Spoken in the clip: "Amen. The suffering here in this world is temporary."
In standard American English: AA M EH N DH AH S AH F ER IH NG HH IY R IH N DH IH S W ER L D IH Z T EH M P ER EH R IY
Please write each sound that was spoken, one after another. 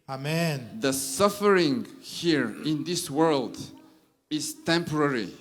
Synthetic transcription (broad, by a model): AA M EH N DH AH S AH F ER IH NG HH IY R IH N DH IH S W ER L D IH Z T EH M P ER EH R IY